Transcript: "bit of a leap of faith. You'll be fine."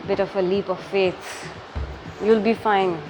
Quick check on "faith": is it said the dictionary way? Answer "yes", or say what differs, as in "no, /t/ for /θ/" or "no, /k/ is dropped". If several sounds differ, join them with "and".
no, /s/ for /θ/